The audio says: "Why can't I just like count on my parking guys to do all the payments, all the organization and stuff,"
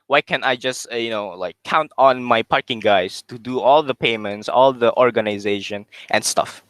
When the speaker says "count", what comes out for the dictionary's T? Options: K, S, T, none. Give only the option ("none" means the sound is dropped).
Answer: T